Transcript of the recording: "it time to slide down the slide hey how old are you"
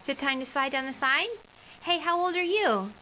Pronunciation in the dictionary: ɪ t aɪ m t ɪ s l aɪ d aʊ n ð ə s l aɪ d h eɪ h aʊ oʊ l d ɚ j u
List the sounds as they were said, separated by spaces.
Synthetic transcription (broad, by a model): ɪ t aɪ m t ɪ s l aɪ d aʊ n ð ə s aɪ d h eɪ h aʊ oʊ l d ɚ j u